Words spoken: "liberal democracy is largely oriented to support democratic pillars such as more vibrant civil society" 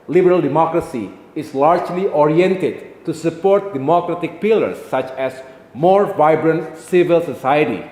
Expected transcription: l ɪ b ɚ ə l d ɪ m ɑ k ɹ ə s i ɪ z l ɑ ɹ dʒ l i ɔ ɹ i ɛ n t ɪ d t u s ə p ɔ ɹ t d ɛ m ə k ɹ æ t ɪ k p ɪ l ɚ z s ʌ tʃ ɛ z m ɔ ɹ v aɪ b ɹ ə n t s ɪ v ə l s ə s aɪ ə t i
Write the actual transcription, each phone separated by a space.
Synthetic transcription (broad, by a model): l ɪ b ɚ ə l d ɪ m ɑ k ɹ ə s i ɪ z l ɑ ɹ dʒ l i ɔ ɹ i ɛ n t ɪ d t u s ə p ɔ ɹ t d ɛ m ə k ɹ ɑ t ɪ k p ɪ l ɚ s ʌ tʃ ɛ s m ɔ ɹ v aɪ b ɹ ə n t s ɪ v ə l s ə s aɪ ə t i